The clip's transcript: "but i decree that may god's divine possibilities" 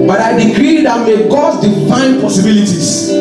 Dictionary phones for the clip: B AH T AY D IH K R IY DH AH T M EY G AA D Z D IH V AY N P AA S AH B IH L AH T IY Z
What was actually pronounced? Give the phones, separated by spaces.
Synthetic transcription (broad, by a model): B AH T AY D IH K R IY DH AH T M EY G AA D D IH F AY N P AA S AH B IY L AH T IY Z